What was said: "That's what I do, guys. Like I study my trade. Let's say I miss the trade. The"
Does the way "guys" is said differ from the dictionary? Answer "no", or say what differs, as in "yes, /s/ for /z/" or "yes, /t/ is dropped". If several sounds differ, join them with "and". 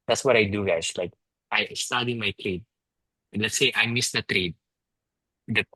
yes, /s/ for /z/